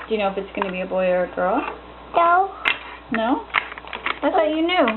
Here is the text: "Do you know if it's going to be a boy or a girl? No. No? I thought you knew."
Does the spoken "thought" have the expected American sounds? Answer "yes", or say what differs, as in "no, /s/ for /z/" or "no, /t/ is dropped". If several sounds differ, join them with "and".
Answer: no, /s/ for /θ/